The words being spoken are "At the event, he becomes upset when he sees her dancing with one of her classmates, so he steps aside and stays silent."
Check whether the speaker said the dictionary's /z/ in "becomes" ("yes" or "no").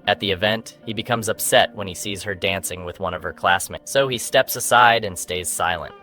yes